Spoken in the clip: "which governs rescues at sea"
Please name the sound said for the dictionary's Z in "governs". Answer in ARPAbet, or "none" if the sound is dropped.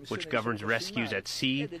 Z